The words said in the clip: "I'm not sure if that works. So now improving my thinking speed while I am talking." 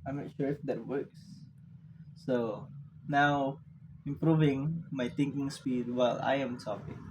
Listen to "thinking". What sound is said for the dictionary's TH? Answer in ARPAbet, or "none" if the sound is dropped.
T